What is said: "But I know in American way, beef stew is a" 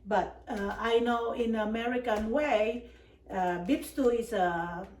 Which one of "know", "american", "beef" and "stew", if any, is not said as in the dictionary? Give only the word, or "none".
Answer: beef